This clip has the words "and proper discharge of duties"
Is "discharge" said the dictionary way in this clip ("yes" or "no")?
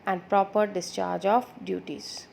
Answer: yes